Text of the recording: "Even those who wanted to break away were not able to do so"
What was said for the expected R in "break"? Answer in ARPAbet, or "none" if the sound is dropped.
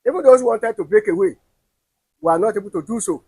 none